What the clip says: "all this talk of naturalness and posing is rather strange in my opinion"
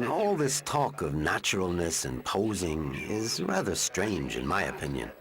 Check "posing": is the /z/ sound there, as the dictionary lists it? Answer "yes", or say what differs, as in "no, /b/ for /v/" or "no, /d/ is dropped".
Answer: yes